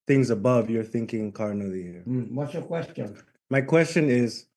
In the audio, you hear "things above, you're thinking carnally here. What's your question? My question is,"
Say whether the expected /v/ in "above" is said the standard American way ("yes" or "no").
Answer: yes